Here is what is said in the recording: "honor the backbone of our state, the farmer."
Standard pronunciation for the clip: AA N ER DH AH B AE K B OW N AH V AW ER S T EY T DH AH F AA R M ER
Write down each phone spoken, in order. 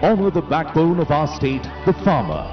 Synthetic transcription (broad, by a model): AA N ER DH AH B AE K B OW N AH V AW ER S T EY T DH AH F AA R M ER